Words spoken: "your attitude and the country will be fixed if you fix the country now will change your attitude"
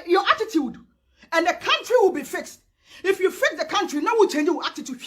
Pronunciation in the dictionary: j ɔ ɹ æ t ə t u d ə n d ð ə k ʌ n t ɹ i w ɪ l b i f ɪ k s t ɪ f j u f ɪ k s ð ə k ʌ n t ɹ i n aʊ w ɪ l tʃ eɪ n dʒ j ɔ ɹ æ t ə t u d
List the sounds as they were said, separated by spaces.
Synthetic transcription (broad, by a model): j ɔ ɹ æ t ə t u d ə n d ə k ʌ n t ɹ i w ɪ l b i f ɪ k s t ɪ f j u f ɪ k s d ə k ʌ n t ɹ i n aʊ w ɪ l tʃ eɪ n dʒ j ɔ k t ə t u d